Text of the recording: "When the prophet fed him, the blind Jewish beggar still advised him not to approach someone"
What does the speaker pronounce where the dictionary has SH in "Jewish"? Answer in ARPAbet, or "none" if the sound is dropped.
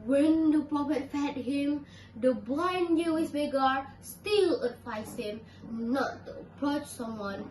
S